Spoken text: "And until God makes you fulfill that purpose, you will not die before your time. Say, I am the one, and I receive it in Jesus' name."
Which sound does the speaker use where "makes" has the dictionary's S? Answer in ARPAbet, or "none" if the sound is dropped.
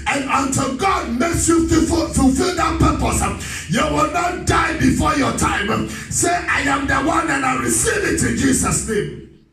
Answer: S